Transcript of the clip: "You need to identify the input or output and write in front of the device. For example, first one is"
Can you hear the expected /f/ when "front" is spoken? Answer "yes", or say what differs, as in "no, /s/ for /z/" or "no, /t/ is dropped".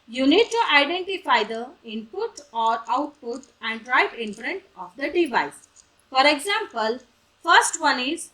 no, /p/ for /f/